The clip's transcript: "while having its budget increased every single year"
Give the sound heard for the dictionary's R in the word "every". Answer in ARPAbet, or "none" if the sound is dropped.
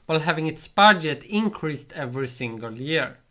R